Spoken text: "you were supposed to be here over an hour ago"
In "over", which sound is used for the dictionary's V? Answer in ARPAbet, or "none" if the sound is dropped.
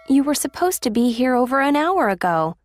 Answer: V